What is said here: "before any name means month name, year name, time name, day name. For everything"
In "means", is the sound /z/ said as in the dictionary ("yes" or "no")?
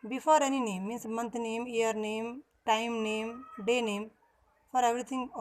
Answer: no